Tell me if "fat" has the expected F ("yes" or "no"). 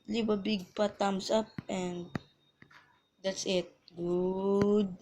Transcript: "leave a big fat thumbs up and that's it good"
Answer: no